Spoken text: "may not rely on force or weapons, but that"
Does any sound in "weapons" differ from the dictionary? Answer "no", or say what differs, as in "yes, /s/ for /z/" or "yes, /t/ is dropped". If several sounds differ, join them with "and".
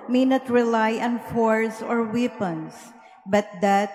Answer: yes, /s/ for /z/